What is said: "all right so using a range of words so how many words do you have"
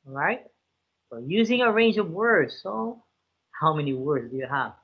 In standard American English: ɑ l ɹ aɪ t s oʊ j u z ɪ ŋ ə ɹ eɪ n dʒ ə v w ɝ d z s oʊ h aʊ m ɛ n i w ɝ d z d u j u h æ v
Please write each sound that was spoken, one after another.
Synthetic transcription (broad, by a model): ɹ aɪ t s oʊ j u z ɪ ŋ ə ɹ eɪ n dʒ ə v w ɝ d z s oʊ h aʊ m ɛ n i w ɝ d z d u j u h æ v